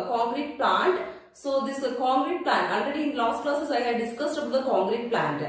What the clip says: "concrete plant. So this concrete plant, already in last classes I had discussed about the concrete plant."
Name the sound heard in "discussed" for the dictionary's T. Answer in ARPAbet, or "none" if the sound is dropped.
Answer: T